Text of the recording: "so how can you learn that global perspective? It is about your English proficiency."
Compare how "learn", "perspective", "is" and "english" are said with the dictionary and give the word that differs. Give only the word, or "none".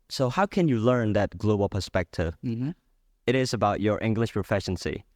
none